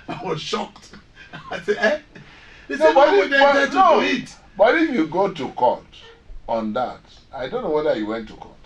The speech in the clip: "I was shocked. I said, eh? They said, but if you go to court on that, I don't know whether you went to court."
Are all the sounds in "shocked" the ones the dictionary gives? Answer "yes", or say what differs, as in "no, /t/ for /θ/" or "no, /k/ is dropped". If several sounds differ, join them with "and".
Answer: yes